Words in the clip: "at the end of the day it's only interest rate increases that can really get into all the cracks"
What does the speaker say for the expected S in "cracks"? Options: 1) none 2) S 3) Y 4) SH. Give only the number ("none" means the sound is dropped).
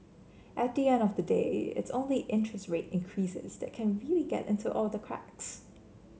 2